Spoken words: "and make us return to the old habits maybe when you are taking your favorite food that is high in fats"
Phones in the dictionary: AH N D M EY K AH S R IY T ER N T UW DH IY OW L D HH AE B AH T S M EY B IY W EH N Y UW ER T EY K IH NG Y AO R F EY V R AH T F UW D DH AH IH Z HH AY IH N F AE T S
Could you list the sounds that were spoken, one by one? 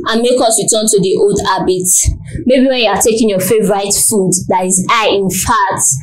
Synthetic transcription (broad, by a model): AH N M EY K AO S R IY T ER N T UW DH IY OW L D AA B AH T M EY B IY W EH N Y UW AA T EY K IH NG Y AO F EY V R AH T F UW D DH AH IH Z AY IH N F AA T